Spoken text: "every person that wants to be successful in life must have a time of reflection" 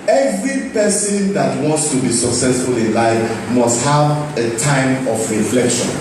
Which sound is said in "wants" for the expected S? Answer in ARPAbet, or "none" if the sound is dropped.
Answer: S